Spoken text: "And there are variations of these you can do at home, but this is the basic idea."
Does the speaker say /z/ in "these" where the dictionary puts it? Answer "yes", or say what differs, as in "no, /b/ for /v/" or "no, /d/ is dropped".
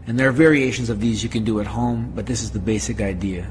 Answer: yes